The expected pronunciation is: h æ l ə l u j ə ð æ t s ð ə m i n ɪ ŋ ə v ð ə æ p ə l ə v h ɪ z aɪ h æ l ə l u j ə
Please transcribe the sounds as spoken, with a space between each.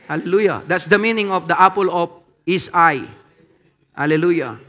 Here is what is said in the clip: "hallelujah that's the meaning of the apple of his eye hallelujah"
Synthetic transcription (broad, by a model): h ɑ l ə l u j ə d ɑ t s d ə m i n ɪ ŋ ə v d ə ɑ p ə l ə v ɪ s aɪ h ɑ l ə l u j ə